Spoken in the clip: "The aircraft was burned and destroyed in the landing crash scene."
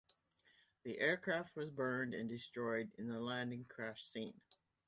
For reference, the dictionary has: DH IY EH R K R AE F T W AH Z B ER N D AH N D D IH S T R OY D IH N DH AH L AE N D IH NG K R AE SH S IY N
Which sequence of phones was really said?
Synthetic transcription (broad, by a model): DH IY EH R K R AE F T W AH Z B ER N D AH N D D IH S T R OY D IH N DH AH L AE N D IH NG K R AE SH S IY N